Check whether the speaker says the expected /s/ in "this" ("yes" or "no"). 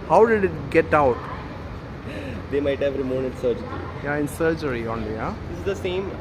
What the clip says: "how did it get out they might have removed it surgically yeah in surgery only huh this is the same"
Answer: no